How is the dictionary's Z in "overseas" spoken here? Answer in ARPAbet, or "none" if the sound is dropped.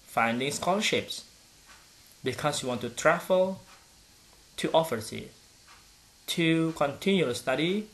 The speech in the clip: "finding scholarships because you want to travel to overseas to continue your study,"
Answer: none